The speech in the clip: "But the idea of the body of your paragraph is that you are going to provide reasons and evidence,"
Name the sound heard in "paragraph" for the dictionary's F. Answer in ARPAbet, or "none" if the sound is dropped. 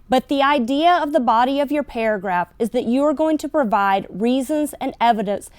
F